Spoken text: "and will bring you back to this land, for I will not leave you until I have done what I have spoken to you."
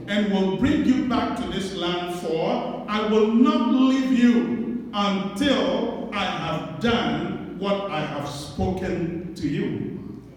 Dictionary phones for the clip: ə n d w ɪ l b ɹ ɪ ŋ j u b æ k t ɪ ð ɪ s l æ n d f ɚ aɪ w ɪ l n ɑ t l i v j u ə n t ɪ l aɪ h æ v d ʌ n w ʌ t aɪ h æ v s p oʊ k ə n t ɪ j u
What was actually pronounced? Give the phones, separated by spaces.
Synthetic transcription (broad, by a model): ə n w ɪ l b ɹ ɪ ŋ j u b æ k t ɪ ð ɪ s l æ n d f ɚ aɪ w ɪ l n ɑ t l i v j u ə n t ɪ l aɪ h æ v d ʌ n w ʌ t aɪ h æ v s p oʊ k ə n t ɪ j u